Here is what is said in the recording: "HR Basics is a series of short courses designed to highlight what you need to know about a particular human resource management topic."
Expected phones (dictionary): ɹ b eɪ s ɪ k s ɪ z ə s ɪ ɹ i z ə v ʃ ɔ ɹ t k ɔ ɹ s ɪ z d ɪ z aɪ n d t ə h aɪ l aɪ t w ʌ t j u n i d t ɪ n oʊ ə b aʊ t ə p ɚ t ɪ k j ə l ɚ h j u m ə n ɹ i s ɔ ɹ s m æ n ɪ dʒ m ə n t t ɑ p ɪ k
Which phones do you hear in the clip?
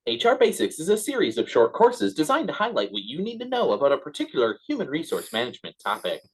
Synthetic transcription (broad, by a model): ɹ b eɪ s ɪ k s ɪ z ə s ɪ ɹ i z ə v ʃ ɔ ɹ t k ɔ ɹ s ɪ z d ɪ z aɪ n t ə h aɪ l aɪ t w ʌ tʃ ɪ n i d t ɪ n oʊ ə b aʊ t ə p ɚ t ɪ k j l ɚ h j u m ə n ɹ i s ɔ ɹ s m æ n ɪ dʒ m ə n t t ɑ p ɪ k